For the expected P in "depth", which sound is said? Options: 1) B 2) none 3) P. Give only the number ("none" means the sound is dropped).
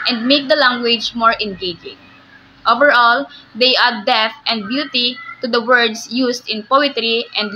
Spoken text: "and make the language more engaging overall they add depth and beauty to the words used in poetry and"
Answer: 2